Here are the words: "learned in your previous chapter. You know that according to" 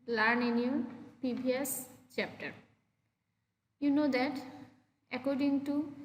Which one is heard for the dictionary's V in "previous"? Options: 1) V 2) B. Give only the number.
2